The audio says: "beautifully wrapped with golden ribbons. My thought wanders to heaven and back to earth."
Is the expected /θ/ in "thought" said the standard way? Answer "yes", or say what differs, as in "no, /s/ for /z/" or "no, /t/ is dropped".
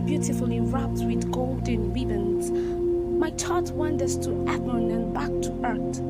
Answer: no, /t/ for /θ/